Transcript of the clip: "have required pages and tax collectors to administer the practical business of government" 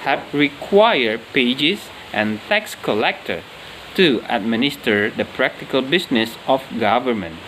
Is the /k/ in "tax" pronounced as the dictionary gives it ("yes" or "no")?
yes